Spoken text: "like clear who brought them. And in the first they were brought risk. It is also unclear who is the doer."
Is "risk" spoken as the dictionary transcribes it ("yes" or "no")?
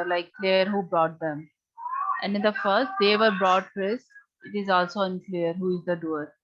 no